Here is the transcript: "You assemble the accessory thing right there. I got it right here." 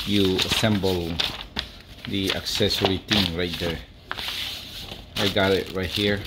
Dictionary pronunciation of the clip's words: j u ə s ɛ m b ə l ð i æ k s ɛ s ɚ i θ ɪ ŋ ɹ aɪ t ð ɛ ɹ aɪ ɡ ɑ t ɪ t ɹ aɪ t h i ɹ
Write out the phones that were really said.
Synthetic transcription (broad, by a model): j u ə s ɛ m b ə l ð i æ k s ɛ s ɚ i t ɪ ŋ ɹ aɪ t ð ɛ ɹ aɪ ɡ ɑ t ɪ t ɹ aɪ t h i ɹ